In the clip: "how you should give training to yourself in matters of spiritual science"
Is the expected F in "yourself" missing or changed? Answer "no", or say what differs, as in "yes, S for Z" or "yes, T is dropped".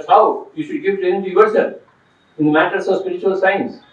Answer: yes, F is dropped